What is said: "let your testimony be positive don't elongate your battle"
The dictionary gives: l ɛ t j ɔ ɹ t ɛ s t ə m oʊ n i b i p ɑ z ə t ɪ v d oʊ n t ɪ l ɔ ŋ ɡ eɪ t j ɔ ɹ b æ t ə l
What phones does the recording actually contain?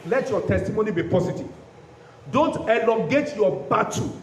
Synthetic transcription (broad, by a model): l ɛ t j ɔ t ɛ s t ə m oʊ n i b i p ɑ s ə t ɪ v d oʊ n t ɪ l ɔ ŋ ɡ eɪ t j ɔ b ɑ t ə